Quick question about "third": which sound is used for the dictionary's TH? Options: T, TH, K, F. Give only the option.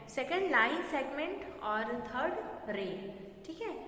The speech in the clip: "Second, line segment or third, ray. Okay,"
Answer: T